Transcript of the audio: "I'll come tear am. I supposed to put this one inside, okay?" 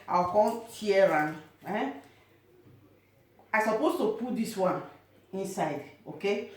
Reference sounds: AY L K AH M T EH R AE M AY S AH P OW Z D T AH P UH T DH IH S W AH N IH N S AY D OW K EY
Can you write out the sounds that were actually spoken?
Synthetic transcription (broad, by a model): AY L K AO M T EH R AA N AY S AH P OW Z T AH P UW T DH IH S W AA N IH N S AY D OW K EY